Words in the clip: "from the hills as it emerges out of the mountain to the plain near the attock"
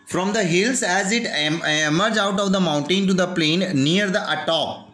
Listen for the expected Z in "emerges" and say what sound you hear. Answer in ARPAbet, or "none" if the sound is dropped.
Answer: none